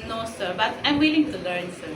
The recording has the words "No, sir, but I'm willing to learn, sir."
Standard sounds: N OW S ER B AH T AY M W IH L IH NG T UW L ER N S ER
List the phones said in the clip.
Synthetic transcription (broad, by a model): N OW S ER B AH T AY M W IH L IH NG T UW L ER N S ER